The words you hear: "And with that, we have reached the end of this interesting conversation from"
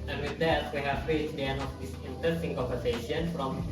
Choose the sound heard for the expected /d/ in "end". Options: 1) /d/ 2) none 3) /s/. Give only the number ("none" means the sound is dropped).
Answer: 2